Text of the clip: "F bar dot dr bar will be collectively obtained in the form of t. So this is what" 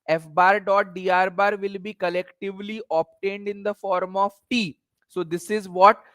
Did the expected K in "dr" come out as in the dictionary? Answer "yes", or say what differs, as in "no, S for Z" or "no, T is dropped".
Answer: no, K is dropped